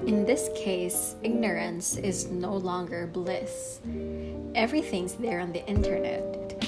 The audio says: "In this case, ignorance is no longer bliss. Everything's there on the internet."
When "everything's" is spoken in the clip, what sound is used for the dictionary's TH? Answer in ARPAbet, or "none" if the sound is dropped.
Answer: TH